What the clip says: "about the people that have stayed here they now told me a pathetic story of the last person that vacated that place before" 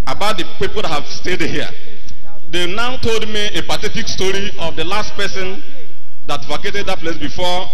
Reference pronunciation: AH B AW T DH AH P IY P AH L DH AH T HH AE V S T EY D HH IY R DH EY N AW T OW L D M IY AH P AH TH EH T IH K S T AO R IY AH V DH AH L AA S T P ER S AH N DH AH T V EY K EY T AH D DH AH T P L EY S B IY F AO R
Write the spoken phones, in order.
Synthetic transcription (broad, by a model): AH B AW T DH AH P IY P AH L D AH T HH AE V S T EY D HH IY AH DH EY N AW T OW L D M IY AH P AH T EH T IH K S T AO R IY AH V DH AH L AA S T P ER S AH N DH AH T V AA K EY T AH D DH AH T P L EY S B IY F AO